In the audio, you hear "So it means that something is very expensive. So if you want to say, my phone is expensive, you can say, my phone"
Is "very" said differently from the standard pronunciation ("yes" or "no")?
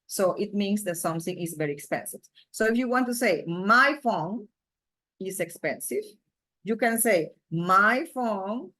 no